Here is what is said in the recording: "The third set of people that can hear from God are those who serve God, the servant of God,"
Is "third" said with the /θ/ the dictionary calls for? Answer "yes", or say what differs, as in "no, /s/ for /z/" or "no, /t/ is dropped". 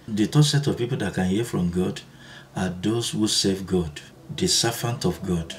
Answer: no, /t/ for /θ/